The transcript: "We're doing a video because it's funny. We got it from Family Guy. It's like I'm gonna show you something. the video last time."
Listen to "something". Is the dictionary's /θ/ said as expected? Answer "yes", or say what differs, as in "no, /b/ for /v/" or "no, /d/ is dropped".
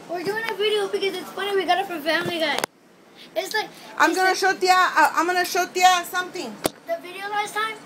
no, /t/ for /θ/